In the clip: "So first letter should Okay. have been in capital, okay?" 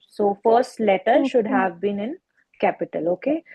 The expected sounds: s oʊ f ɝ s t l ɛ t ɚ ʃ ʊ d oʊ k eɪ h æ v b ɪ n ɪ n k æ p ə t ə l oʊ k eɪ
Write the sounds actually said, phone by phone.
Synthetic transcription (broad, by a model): s oʊ f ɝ s t l ɛ t ɚ ʃ ʊ d h æ v b ɪ n ɪ n k æ p ə t ə l oʊ k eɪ